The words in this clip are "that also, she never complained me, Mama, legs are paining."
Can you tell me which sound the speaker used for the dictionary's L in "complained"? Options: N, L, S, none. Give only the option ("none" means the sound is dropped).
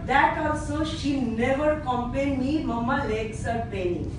none